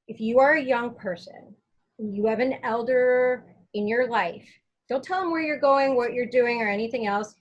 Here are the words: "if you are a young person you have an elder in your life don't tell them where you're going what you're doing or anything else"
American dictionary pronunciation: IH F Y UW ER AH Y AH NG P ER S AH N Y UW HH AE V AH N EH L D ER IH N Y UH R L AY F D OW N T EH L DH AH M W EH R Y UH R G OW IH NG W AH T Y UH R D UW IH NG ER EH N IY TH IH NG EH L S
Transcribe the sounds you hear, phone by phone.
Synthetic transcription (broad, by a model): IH F Y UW ER AH Y AH NG P ER S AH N Y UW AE V AH N EH L D ER IH N Y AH R L AY F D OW L T EH L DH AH M W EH R Y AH R G OW IH NG W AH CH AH R D UW IH NG ER EH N IY TH IH NG EH L S